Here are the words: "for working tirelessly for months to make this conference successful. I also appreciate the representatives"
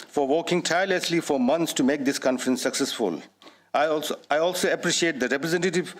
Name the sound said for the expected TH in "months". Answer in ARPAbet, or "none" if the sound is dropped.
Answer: T